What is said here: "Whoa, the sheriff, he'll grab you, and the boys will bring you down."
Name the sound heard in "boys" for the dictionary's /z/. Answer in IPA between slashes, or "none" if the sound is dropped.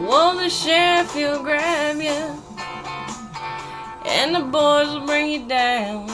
/z/